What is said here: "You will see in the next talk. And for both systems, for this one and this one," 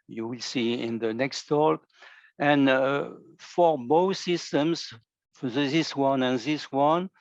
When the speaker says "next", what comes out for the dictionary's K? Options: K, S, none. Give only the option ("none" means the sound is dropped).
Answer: K